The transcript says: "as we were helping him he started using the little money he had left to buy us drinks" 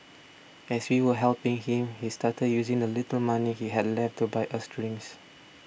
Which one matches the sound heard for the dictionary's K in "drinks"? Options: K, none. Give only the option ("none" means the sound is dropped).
none